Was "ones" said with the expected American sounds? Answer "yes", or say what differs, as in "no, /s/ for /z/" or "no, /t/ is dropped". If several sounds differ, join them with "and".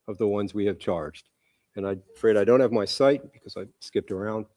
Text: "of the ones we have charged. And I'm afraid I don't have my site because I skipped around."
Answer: yes